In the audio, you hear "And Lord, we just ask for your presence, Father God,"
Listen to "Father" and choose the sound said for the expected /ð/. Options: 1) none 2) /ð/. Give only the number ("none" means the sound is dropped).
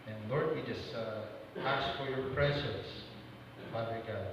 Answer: 1